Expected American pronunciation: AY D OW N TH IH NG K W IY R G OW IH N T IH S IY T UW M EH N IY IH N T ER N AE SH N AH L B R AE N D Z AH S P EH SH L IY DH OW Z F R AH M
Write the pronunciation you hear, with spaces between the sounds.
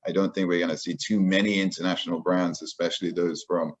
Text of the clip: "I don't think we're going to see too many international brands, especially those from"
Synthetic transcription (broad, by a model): AY D OW N TH IH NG K W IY R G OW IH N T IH S IY T UW M EH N IY IH N T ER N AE SH N L B R AE N D Z AH S P EH SH L IY DH OW Z F R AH M